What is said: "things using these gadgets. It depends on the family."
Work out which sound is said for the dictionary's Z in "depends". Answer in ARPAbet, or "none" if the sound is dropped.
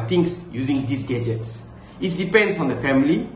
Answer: S